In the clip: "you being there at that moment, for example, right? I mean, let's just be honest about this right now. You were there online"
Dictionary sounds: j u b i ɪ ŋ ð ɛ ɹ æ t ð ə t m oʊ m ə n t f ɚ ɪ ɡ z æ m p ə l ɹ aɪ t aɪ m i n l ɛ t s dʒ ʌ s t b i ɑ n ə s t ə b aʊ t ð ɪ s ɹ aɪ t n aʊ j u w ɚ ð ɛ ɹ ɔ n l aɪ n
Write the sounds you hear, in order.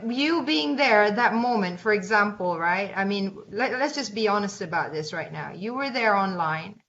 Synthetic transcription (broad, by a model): j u b i ɪ ŋ ð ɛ ɹ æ t ð ə t m oʊ m ə n t f ɚ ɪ ɡ z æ m p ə l ɹ aɪ t aɪ m i n l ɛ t s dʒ ʌ s b i ɑ n ə s t ə b aʊ t ð ɪ s ɹ aɪ t n aʊ j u w ɚ ð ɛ ɹ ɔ n l aɪ n